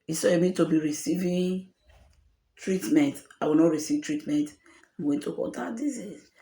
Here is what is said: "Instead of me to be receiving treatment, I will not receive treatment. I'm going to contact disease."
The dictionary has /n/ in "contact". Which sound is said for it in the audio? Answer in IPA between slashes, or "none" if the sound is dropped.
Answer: none